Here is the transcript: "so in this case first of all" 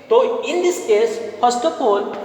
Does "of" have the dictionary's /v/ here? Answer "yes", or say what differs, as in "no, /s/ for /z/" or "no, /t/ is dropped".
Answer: no, /p/ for /v/